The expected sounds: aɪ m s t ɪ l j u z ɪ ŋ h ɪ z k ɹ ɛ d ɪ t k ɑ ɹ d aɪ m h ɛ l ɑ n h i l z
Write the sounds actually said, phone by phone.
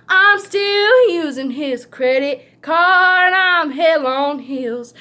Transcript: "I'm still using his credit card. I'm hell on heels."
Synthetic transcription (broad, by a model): aɪ m s t ɪ l j u z ɪ ŋ ɪ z k ɹ ɛ d ɪ t k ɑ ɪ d aɪ m h ɛ l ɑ n h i l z